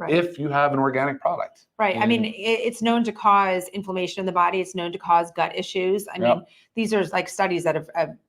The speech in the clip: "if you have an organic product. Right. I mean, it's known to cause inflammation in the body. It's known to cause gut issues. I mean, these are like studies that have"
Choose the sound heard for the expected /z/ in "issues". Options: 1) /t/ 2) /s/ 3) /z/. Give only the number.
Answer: 3